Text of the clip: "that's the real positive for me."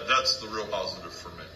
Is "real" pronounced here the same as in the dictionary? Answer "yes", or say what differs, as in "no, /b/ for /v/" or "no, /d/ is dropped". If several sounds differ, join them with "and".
yes